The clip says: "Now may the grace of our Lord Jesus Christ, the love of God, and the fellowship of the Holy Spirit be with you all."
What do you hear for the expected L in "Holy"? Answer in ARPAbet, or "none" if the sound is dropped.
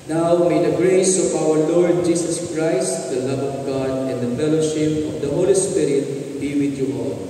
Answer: L